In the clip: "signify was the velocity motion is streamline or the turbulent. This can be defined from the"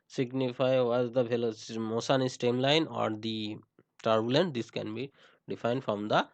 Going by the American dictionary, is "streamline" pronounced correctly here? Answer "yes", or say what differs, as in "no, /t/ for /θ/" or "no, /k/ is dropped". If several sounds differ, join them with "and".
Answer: no, /ɹ/ is dropped